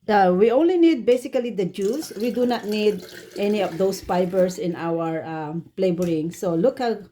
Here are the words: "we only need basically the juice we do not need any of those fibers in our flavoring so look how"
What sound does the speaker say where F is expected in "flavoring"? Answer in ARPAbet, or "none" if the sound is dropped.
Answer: P